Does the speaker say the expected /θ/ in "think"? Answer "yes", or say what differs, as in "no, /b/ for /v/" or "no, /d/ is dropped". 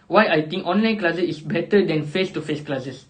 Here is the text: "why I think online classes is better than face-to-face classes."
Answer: no, /t/ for /θ/